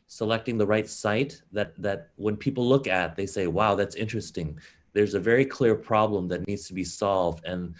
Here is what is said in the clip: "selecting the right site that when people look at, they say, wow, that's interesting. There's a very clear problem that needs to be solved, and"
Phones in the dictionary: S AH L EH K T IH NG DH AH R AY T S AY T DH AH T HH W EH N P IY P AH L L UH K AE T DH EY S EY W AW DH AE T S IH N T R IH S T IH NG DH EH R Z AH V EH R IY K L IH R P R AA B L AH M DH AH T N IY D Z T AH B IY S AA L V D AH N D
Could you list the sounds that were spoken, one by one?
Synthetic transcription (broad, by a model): S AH L EH K T IH NG DH AH R AY T S AY T DH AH T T W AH N P IY P L L UH K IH T DH EY S EY W AW DH AE T S IH N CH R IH S T IH NG DH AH R Z AH V EH R IY K L IH R P R AA B L AH M DH AH T N IY D Z T AH B IY S AA L V D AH N